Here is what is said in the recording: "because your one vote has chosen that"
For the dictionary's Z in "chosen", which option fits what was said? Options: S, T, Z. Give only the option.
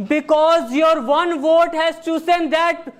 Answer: S